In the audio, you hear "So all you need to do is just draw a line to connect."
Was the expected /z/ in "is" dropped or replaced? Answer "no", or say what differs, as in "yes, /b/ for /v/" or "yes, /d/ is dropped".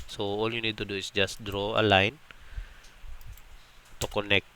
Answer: yes, /s/ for /z/